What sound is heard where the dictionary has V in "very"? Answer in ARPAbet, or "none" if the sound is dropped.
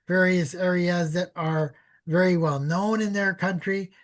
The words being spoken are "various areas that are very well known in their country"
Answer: V